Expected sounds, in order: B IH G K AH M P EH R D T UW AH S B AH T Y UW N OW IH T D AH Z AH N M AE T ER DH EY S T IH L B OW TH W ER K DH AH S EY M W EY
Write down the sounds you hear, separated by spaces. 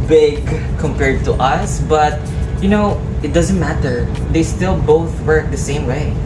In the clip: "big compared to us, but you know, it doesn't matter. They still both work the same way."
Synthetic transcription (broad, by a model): B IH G K AH M P EH R D T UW AH S B AH T Y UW N OW IH T D AH Z AH N M AE T ER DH EY S T IH L B OW TH W ER K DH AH S EY M W EY